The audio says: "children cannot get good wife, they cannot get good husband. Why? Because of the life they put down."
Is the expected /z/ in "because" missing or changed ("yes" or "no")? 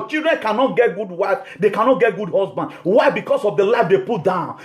yes